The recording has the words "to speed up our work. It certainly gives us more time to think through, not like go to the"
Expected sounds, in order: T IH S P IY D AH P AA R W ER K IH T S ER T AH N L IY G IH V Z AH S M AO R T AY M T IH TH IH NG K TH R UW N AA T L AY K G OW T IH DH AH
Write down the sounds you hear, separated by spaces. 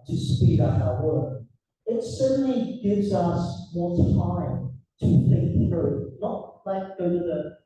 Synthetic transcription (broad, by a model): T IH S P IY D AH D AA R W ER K IH T S ER T N L IY G IH V Z AH S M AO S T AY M T IH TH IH K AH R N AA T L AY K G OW T IH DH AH